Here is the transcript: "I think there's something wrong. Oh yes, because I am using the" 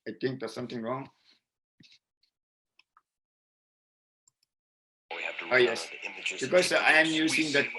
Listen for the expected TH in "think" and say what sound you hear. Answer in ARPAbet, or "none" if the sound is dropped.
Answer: T